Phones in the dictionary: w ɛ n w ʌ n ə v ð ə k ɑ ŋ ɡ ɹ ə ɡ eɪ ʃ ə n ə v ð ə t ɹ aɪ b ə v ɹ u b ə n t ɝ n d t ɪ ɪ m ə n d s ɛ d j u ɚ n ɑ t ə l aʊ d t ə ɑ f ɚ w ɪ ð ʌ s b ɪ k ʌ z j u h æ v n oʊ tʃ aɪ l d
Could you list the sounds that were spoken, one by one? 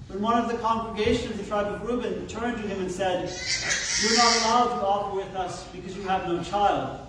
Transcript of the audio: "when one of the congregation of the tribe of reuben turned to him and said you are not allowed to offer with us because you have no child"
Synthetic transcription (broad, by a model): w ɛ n w ʌ n ə v ð ə k ɑ ŋ ɡ ɹ ə ɡ eɪ ʃ ə n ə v ð ə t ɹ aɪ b ə v ɹ u b ə n t ɝ n t ɪ ɪ m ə n s ɛ d j ɚ n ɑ t ə l aʊ d t ə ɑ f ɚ w ɪ ð ʌ s b ɪ k ʌ z j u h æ v n oʊ tʃ aɪ l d